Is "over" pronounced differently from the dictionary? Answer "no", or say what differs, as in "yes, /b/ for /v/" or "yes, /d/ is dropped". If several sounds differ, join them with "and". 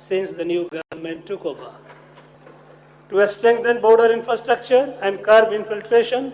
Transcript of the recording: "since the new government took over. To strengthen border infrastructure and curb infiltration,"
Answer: yes, /b/ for /v/